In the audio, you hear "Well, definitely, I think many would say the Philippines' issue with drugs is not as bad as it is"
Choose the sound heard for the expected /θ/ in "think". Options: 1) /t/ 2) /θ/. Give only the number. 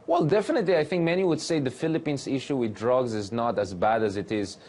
2